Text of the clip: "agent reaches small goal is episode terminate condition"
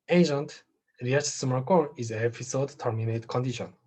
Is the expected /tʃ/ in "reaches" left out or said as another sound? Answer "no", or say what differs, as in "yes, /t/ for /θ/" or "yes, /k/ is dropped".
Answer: yes, /tʃ/ is dropped